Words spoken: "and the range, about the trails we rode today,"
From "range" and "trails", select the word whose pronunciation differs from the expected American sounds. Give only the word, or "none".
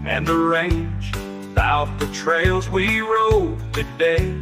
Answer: none